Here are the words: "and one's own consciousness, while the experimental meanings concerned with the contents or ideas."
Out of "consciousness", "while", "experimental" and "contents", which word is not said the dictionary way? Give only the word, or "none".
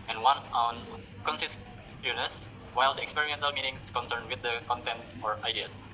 consciousness